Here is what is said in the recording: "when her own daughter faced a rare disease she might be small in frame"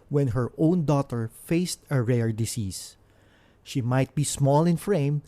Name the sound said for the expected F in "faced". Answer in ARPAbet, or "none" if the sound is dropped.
F